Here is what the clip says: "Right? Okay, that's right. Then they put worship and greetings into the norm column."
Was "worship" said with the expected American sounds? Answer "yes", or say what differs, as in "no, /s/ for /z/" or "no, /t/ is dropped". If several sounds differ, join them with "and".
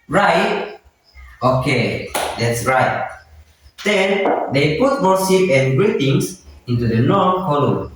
no, /s/ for /ʃ/